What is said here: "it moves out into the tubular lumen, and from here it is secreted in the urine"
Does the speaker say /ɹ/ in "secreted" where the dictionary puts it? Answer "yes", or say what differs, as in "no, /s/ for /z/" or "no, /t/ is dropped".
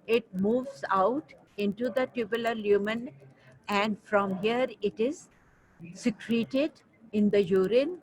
yes